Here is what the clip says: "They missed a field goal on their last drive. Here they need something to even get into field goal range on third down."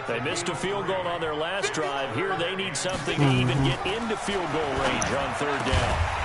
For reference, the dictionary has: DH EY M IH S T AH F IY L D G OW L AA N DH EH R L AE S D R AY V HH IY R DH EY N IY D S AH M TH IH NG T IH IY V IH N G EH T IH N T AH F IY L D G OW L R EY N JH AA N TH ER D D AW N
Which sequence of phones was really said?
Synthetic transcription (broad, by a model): DH EY M IH S T AH F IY L G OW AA N DH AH R L AE S D R AY V HH IY R DH EY N IY D S AH M TH IH NG T IH IY V IH N G EH T IH N T AH F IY L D G OW L R EY N JH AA N TH ER D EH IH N